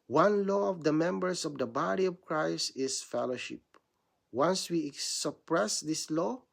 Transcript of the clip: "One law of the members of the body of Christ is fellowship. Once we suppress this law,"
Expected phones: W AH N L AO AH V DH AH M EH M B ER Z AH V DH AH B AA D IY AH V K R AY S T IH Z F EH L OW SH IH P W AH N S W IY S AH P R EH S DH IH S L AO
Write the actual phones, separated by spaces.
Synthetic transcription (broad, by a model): W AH N L AO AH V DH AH M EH M B ER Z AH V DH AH B AA D IY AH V K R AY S IH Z F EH L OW SH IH P W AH N S W IY S AH P R EH S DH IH S L AO